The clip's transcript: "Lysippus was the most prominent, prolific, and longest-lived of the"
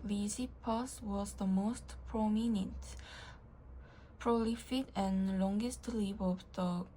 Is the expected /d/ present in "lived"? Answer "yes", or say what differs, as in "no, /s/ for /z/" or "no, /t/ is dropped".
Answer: no, /d/ is dropped